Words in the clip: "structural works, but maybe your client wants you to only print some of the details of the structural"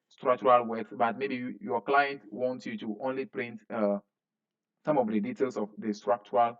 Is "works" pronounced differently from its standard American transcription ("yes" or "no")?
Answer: yes